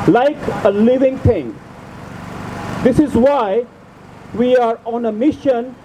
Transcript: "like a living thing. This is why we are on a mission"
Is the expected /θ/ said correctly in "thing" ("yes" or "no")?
no